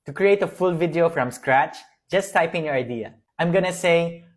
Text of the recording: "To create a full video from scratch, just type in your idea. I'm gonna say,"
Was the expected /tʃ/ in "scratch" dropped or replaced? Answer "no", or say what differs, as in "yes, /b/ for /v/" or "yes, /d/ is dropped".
no